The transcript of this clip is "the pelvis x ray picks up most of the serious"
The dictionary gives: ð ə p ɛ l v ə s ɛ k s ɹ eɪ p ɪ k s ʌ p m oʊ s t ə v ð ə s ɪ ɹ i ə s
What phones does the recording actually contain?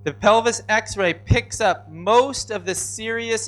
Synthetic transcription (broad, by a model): ð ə p ɛ l v ə s ɛ k s ɹ eɪ p ɪ k s ʌ p m oʊ s t ə v ð ə s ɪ ɹ i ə s